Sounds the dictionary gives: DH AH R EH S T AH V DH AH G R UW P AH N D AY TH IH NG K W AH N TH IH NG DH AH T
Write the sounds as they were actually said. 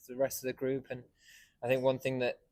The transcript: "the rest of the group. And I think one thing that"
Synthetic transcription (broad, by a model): DH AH R EH S T AH V DH AH G R UW P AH N AY TH IH NG K W AH N TH IH NG DH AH T